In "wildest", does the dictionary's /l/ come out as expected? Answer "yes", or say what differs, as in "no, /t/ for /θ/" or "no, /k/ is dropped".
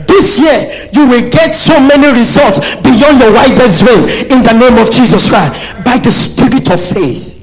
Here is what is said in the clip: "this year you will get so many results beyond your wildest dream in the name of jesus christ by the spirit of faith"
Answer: no, /l/ is dropped